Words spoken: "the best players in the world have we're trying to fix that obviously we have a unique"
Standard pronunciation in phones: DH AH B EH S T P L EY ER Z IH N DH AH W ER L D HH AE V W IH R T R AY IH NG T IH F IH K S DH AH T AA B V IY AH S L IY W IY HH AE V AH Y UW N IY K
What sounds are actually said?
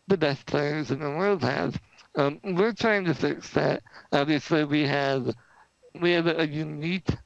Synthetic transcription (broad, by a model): DH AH B EH S T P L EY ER Z IH N DH AH W ER L D HH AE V W IH R T R AY IH NG T IH F IH K S DH AH T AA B V IY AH S L IY W IY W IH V AH Y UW N IY K